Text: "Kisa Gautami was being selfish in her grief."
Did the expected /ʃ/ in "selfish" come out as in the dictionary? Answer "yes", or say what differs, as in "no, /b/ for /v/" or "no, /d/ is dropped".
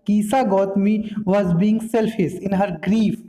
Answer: no, /s/ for /ʃ/